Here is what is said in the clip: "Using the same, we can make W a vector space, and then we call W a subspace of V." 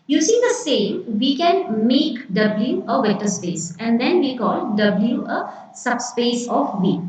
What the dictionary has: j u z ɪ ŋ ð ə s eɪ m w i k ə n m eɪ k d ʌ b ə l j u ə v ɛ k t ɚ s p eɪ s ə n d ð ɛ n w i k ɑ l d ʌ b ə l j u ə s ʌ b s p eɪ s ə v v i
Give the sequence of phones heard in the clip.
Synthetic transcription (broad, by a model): j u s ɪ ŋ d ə s eɪ m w i k ə n m eɪ k d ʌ b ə l j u ə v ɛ t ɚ s p eɪ s ə n d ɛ n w i k ɑ l d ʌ b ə l j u ə s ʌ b s p eɪ s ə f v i